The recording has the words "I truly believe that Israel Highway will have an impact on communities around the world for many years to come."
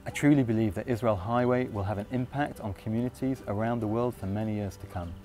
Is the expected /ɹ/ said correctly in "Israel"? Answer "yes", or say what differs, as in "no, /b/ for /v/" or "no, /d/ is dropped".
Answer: yes